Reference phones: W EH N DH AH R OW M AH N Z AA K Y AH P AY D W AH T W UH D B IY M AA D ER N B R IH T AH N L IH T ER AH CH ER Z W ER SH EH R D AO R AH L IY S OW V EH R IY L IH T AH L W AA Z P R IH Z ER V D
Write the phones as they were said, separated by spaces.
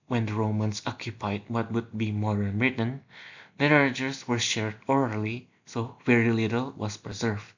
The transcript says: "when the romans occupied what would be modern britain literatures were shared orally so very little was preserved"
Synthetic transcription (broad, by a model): W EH N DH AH R OW M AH N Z AA K Y AH P AY D W AH T W UH D B IY M AA D ER N R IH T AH N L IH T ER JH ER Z W ER SH EH R D AO R AH L IY S OW V EH R IY L IH T AH L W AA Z P R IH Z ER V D